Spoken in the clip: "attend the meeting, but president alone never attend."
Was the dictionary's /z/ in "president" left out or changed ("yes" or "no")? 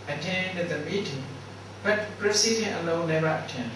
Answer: yes